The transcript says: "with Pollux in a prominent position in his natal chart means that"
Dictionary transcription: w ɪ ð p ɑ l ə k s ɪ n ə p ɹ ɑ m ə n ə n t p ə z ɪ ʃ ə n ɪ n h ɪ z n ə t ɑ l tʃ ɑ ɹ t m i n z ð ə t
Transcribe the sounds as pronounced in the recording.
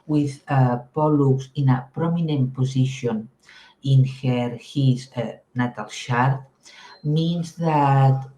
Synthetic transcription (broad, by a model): w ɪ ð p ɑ l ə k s ɪ n ə p ɹ ɑ m ə n ə n t p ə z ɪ ʃ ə n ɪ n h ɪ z n ə t ɑ l ʃ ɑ ɹ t m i n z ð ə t